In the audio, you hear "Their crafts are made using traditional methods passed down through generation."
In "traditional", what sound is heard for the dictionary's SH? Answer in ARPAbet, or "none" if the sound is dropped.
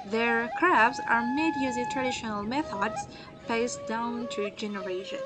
SH